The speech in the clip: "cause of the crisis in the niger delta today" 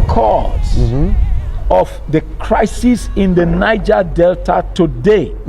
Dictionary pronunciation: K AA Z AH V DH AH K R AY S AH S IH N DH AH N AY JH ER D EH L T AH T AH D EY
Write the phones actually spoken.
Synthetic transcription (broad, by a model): K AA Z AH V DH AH K R AY S AH S IH N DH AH N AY JH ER D EH L T AH T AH D EY